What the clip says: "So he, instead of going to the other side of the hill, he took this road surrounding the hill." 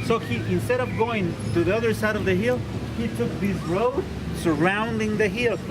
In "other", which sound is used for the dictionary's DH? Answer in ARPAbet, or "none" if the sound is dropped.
DH